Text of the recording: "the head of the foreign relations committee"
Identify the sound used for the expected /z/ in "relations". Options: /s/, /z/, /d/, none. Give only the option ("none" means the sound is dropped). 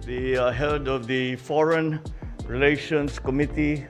/s/